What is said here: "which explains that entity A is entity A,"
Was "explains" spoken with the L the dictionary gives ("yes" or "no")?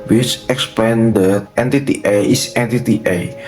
no